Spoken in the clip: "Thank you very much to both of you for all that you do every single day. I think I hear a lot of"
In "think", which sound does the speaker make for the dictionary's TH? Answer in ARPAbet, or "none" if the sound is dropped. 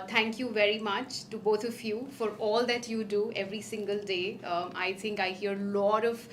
T